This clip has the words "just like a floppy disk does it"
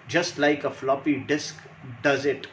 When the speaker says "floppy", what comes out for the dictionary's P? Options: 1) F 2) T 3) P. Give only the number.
3